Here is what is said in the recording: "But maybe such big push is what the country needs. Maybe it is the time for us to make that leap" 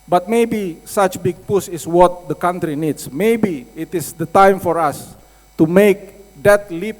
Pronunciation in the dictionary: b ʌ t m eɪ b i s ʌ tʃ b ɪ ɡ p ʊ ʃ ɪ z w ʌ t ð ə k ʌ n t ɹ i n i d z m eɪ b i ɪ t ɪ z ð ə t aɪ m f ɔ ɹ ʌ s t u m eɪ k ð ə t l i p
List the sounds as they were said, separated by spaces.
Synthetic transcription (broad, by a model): b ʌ t m eɪ b i s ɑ tʃ b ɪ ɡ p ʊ s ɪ s w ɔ t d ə k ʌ n t ɹ i n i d s m eɪ b i ɪ t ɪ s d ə t aɪ m f ɔ ɹ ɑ s t u m eɪ k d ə t l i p